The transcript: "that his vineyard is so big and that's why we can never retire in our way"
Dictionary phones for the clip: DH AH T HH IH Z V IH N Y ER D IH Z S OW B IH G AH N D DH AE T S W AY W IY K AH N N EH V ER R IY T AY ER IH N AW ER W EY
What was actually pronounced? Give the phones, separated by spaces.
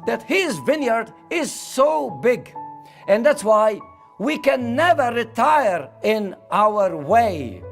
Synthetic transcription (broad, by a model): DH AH T HH IH Z V IH N Y ER D IH Z S OW B IH G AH N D DH AE T S W AY W IY K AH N N EH V ER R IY T AY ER IH N AW ER W EY